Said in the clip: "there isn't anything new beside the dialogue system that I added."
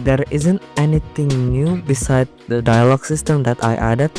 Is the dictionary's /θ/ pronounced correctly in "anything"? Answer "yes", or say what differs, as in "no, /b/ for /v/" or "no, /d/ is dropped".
no, /t/ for /θ/